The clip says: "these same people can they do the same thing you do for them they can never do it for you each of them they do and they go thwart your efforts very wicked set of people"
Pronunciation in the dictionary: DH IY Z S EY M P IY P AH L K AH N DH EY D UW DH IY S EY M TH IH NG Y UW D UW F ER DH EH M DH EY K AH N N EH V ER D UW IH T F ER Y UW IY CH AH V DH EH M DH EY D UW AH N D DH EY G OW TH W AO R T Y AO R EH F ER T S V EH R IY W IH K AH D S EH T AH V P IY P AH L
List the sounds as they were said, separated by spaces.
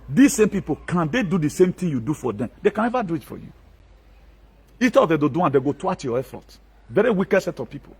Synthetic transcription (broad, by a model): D IY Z S EY M P IY P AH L K AH N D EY D UW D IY S EY M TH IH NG Y UW D UW F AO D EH M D EY K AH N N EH V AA D UW IH T F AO Y UW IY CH AH V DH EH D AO D UW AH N D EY G OW T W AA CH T Y AO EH F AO T V EH R IY W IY K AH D S EH T AH V P IY P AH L